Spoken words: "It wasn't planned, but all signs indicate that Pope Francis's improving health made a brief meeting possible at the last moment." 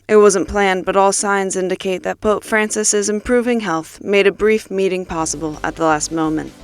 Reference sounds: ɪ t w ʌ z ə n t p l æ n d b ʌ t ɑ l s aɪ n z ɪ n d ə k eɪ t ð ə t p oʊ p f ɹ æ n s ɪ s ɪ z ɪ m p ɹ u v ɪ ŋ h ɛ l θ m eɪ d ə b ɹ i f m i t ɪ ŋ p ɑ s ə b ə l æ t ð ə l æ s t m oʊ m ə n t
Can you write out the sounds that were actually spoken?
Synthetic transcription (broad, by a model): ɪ t w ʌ z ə n p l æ n b ʌ t ɑ l s aɪ n z ɪ n d ə k eɪ t ð ə t p oʊ p f ɹ æ n s ɪ s ɪ z ɪ m p ɹ u v ɪ ŋ h ɛ l θ m eɪ d ə b ɹ i f m i t ɪ ŋ p ɑ s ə b l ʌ t ð ə l æ s t m oʊ m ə n t